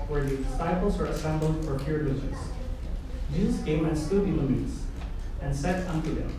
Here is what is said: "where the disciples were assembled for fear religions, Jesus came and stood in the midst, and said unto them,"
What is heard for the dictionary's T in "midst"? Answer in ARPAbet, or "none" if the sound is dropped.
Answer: none